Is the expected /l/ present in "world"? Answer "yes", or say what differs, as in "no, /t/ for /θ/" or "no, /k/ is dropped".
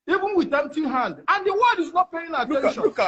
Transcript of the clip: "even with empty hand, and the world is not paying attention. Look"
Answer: no, /l/ is dropped